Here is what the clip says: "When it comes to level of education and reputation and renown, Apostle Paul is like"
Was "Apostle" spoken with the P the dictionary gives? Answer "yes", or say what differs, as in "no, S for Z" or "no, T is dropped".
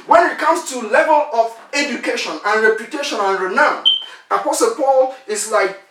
yes